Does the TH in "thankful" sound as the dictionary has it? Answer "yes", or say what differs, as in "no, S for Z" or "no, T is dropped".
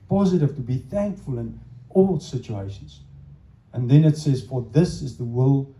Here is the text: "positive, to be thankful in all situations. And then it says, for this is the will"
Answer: yes